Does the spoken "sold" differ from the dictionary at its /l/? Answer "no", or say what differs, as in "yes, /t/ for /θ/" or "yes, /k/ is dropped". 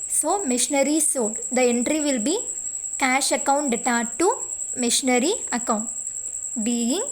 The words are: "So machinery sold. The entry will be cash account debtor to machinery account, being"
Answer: yes, /l/ is dropped